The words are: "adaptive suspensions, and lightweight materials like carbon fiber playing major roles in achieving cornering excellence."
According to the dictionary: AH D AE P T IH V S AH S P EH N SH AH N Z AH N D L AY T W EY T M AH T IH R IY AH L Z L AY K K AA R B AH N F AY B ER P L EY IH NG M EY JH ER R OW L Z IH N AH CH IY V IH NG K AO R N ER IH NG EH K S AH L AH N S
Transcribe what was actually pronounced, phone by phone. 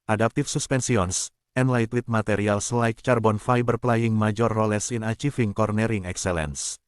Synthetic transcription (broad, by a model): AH D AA P T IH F S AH S P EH N S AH N S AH N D L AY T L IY T M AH T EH R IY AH L S L AY K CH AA R B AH N F AY B ER P L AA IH NG M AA JH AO R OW L S IH N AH CH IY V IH NG K AO R N ER IH NG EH K S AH L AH N S